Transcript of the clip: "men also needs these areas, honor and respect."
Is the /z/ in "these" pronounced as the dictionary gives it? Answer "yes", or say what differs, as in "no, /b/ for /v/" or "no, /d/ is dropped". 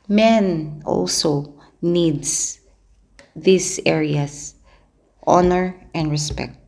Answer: no, /s/ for /z/